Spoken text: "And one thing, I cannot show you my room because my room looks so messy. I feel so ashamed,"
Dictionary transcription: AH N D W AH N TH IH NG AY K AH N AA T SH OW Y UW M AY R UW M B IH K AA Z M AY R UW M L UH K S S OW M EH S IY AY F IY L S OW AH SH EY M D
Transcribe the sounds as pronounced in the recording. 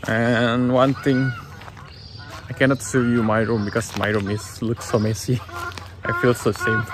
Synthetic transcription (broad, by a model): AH N W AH N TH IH NG AY K AH N AA T S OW Y UW M AY R UW M B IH K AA S M AY R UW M L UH K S S OW M EH S IY AY F IY L S OW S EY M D